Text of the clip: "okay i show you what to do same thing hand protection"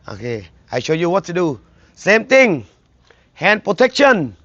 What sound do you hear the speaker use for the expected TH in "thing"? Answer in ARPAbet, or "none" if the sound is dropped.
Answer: T